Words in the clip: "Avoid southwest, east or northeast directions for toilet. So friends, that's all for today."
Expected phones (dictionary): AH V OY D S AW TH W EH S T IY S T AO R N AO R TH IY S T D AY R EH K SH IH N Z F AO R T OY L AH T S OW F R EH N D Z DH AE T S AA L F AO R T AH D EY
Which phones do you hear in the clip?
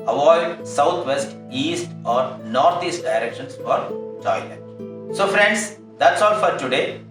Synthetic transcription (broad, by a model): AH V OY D S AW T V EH S T IY S T AO R N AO R T IY S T D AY R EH K SH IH N S F AO R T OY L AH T S OW F R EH N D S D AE T S AA L F AO R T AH D EY